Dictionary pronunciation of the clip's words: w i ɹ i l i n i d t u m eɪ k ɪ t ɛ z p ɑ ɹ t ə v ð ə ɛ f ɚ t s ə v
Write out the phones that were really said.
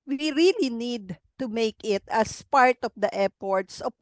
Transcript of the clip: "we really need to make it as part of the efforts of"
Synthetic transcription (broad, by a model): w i ɹ i l i n i d t u m eɪ k ɪ t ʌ s p ɑ ɹ t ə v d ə ɛ p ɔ t s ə